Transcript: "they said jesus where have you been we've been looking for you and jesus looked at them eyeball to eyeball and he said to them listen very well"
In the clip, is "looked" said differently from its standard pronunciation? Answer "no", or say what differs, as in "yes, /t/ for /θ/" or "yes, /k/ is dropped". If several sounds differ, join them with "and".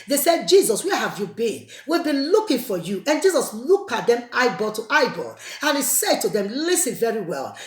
yes, /t/ is dropped